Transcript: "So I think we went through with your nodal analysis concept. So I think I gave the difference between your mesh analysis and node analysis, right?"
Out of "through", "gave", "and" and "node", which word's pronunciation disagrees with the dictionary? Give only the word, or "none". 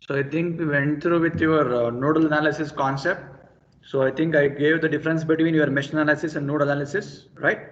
through